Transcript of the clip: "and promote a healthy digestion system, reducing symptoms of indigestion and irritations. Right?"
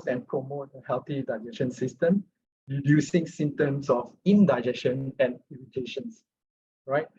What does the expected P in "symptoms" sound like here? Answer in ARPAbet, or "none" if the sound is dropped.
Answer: none